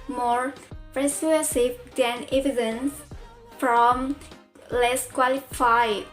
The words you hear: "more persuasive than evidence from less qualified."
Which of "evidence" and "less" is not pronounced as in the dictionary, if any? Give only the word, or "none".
none